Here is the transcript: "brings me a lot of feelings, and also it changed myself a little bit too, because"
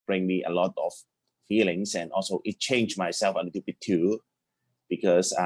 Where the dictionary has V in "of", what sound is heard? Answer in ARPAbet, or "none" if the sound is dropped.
F